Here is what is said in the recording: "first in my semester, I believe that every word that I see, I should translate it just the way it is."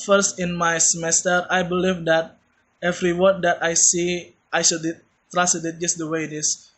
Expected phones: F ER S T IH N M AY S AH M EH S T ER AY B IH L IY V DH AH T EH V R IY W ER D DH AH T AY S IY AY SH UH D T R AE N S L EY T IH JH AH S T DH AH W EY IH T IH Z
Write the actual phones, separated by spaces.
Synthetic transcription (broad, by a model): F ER S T IH N M AY S AH M EH S T ER AY B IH L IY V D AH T EH V R IY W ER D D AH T AY S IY AY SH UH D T R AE S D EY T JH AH S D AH W EY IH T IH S